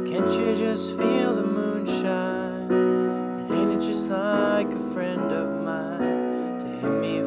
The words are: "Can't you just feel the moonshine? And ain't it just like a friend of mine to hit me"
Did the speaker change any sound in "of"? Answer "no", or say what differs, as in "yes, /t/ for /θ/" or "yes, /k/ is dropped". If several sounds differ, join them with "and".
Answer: no